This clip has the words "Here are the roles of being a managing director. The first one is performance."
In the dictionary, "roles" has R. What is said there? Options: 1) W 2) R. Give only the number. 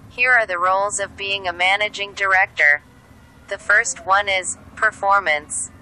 2